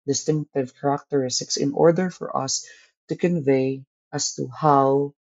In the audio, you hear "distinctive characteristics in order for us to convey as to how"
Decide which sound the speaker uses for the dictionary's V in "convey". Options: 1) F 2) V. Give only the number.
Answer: 2